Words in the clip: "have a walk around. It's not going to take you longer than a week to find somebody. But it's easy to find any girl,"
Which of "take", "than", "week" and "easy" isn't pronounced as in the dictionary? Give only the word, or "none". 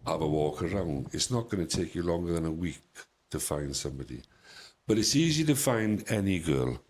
none